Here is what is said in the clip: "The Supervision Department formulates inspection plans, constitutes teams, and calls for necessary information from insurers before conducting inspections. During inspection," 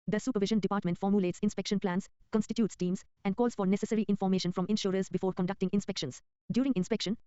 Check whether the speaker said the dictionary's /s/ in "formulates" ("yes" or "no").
yes